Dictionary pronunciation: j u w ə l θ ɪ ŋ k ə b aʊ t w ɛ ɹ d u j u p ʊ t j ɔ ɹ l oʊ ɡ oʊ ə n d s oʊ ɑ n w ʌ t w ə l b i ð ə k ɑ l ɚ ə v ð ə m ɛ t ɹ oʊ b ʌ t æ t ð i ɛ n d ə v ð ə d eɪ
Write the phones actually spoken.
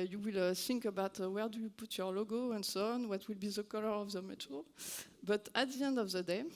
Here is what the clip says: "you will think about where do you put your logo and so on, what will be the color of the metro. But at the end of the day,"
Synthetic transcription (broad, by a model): j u w ə l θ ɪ ŋ k ə b aʊ t w ɛ ɹ d u j u p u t j ɔ ɹ l oʊ ɡ oʊ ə n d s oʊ ɑ n w ʌ t w ə l b i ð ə k ɑ l ɚ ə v ð ə m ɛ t oʊ b ʌ t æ t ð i ɛ n d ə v ð ə d eɪ